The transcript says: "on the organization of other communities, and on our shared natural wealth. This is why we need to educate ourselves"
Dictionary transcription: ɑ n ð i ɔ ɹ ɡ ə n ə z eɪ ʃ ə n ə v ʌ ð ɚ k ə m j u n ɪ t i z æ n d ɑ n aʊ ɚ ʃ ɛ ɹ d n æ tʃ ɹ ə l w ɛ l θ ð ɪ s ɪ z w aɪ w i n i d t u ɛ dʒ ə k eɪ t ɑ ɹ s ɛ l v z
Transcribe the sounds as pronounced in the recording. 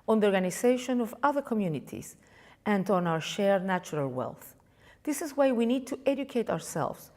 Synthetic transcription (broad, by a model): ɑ n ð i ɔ ɹ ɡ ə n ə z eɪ ʃ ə n ə v ʌ ð ɚ k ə m j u n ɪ t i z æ n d ɑ n aʊ ɚ ʃ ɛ ɹ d n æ tʃ ɹ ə l w ɛ l θ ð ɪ s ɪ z w aɪ w i n i d t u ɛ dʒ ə k eɪ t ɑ ɹ s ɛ l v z